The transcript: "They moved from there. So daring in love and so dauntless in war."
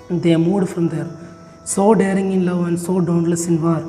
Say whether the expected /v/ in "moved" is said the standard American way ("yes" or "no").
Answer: no